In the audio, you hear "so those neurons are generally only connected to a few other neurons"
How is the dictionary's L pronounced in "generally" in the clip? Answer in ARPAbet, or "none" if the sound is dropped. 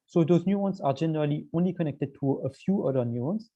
L